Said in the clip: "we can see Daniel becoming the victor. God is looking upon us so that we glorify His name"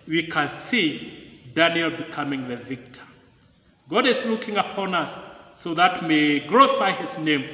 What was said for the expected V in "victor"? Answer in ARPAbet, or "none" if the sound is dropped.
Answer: V